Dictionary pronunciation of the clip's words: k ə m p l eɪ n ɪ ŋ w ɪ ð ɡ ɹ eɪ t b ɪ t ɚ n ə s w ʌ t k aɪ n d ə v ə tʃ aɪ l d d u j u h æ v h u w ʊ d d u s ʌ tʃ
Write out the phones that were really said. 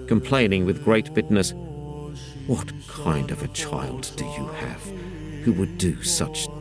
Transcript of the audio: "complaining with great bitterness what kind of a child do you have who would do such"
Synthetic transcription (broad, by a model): k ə m p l eɪ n ɪ ŋ w ɪ ð ɡ ɹ eɪ t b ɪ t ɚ n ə s w ʌ t k aɪ n d ə v ə tʃ aɪ l d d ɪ j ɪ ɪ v h u w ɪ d d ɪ s ʌ tʃ